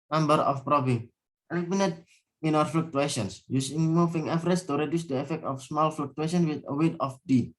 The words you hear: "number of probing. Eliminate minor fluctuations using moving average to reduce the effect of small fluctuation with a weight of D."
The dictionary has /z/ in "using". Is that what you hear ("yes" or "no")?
no